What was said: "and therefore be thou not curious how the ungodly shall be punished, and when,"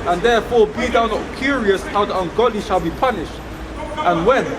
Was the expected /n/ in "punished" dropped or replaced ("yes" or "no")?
no